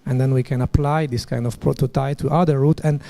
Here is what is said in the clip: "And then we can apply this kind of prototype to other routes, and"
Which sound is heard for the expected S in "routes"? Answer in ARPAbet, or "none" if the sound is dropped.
none